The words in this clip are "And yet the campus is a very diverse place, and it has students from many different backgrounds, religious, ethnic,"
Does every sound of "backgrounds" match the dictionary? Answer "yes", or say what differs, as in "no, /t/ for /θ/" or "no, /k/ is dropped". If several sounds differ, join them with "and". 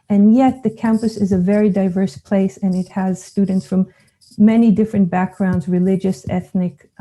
yes